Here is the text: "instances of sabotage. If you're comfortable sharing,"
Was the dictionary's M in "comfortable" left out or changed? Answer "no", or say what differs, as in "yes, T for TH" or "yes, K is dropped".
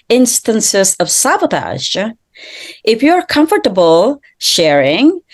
no